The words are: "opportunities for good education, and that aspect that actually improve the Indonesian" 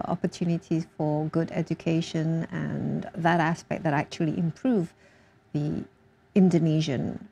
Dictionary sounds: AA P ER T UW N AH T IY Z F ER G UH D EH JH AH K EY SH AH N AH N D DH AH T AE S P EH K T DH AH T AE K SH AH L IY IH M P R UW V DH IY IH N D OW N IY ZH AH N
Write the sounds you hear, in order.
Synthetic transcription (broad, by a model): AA P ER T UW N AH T IY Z F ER G UH D EH JH AH K EY SH AH N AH N DH AH T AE S P EH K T DH AH T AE K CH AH L IY IH M P R UW V DH IY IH N D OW N IY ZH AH N